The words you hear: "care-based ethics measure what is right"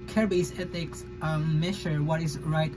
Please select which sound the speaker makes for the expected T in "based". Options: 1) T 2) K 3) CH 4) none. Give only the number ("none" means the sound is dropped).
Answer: 4